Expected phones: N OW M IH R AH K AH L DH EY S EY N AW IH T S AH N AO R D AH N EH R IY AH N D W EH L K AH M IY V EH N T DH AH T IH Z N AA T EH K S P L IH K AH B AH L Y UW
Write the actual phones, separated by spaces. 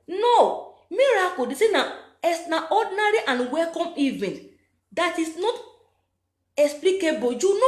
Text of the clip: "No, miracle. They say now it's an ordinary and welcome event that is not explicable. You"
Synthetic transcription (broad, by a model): N OW M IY R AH K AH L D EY S EY N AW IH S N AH AO D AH N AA R IY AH N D W EH L K AH M IY V EH N T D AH T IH S N AA T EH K S P L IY K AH B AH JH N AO